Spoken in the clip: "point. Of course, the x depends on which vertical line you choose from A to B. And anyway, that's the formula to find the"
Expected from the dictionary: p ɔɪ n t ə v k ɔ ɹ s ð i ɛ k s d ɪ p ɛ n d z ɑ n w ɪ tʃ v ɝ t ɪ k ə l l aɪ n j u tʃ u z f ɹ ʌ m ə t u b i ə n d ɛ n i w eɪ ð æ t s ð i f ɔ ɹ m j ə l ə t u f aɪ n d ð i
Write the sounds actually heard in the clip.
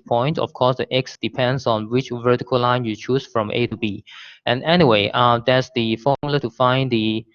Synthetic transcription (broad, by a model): p ɔɪ n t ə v k ɔ s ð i ɛ k s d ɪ p ɛ n d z ɑ n w ɪ tʃ v ɝ t ɪ k ə l l aɪ n j u tʃ u s f ɹ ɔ m ə t u b i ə n ɛ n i w eɪ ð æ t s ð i f ɔ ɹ m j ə l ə t u f aɪ n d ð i